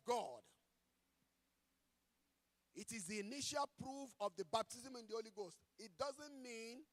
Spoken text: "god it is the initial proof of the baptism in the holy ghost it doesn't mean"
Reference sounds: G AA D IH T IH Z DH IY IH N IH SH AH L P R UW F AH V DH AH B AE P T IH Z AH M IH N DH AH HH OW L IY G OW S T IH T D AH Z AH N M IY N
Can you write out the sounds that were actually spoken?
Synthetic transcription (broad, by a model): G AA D IH T IH Z DH IY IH N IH SH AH L P R UW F AH V DH AH B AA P T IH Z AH M IH N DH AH HH OW L IY G OW S T IH T D AH Z AH N M IY N